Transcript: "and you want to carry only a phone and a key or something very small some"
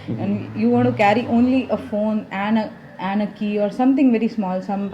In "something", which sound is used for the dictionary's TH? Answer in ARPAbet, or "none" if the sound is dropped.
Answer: T